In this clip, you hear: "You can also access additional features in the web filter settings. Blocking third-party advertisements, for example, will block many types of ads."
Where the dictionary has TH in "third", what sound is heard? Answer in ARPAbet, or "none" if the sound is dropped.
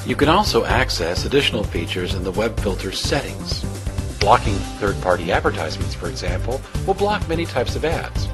TH